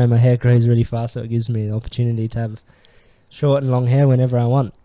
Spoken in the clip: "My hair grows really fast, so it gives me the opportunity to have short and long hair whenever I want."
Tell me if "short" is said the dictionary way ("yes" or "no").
yes